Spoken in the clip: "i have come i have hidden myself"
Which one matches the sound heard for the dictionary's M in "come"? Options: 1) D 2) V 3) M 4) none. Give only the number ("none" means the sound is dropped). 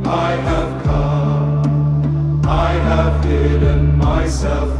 4